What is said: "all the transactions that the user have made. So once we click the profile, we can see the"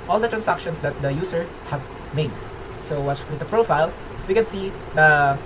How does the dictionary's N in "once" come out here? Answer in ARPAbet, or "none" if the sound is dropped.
none